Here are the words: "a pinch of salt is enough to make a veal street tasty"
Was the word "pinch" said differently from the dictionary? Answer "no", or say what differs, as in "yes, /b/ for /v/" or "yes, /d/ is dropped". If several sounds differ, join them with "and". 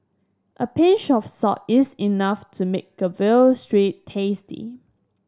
yes, /ʃ/ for /tʃ/